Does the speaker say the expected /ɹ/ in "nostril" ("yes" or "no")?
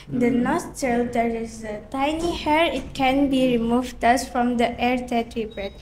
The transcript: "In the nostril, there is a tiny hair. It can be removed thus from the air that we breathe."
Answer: no